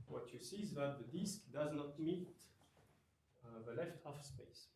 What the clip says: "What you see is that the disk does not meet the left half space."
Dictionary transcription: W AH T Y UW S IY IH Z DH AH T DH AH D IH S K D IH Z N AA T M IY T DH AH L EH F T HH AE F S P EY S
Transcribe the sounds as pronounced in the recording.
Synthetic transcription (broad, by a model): W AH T Y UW S IY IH Z DH AH T DH AH D IH S K D IH Z N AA T M IY T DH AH L EH F T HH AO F S P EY S